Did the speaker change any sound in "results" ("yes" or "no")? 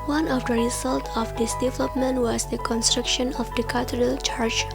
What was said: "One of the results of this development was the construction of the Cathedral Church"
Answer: yes